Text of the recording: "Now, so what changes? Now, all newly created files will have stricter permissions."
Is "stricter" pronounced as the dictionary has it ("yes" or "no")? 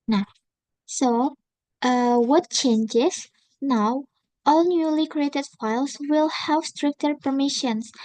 yes